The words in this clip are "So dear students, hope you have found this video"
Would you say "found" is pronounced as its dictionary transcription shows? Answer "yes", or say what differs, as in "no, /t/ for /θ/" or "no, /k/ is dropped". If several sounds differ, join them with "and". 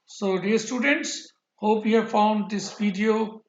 yes